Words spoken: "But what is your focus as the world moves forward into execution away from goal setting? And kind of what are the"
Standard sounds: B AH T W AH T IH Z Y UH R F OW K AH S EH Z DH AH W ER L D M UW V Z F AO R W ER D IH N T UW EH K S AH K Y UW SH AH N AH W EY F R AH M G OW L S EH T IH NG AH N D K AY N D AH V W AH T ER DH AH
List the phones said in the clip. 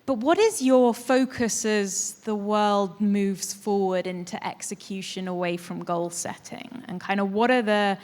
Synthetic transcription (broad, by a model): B AH T W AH T IH Z Y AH F OW K AH S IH Z DH AH W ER L D M UW V Z F AO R W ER D IH N T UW EH K S AH K Y UW SH AH N AH W EY F R AH M G OW L S EH T IH NG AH N K AY N D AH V W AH T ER DH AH